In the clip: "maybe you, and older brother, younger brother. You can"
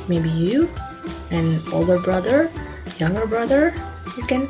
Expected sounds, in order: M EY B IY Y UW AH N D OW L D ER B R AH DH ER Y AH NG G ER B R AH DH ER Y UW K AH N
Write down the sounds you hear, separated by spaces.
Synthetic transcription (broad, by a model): M EY B IY Y UW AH N OW L D ER B R AH DH ER Y AH NG G ER B R AH DH ER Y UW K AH N